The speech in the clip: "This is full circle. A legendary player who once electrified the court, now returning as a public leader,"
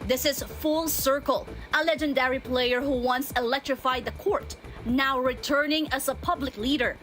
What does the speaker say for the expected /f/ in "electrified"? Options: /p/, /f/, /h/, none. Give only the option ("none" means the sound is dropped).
/f/